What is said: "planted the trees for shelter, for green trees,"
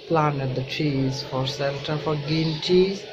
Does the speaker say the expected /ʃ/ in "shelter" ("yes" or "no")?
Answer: no